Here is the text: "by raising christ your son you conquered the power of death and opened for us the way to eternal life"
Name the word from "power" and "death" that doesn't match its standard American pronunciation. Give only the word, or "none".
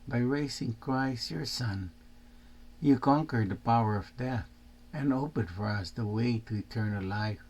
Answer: none